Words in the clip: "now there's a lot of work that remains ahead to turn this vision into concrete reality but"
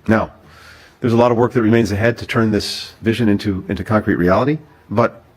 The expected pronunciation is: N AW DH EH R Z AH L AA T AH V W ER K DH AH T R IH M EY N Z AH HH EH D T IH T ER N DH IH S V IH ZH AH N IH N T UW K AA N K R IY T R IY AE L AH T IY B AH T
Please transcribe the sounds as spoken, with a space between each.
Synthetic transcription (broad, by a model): N AW DH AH R Z AH L AA T AH V W ER K DH AH T R IH M EY N Z AH HH EH D T IH T ER N DH IH S V IH ZH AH N IH N T UW K AA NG K R IY T R IY AE L AH T IY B AH T